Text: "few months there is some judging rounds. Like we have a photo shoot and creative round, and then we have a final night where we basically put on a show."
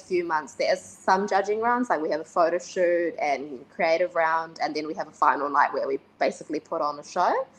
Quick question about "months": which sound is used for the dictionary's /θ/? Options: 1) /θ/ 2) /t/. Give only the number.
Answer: 1